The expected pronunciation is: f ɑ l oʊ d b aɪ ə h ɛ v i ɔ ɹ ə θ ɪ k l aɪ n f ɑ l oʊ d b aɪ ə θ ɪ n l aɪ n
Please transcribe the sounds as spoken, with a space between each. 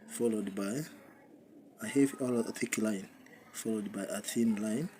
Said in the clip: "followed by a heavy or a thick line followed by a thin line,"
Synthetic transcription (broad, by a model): f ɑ l oʊ d b aɪ ə h ɛ v i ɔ l ə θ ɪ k l aɪ n f ɑ l oʊ d b aɪ ə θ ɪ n l aɪ n